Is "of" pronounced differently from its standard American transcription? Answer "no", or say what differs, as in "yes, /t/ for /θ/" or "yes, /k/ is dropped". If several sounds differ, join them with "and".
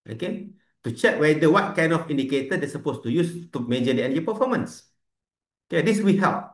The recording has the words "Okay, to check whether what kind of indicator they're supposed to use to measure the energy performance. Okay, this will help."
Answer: yes, /f/ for /v/